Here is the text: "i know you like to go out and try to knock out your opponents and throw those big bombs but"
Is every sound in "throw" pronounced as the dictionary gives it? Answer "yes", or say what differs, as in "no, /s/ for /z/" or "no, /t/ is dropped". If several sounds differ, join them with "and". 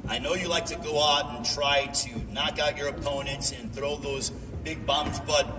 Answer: yes